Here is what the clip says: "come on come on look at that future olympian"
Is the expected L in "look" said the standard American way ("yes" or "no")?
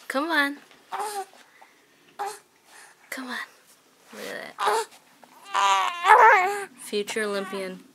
no